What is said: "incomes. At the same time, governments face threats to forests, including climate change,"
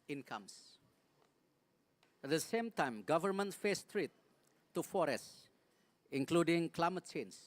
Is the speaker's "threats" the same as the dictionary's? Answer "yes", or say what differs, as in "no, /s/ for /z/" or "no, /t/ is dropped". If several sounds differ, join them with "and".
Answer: no, /t/ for /θ/